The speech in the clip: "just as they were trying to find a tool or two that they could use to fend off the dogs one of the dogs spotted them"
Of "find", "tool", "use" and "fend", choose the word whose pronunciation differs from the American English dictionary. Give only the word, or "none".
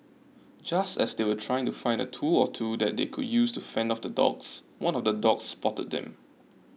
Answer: none